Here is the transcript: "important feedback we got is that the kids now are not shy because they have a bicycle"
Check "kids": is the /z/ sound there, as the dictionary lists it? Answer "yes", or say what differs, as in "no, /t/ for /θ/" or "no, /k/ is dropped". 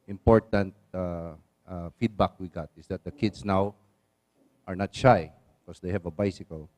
no, /s/ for /z/